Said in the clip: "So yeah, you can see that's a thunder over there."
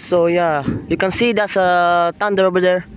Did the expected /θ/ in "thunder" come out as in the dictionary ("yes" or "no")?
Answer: no